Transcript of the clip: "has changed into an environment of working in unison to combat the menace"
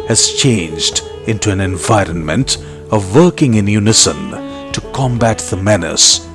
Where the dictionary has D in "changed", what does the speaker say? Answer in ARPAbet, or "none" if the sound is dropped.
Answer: D